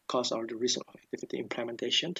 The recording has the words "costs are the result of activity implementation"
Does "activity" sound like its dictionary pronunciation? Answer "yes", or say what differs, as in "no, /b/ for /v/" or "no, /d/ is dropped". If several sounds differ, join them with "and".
no, /f/ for /v/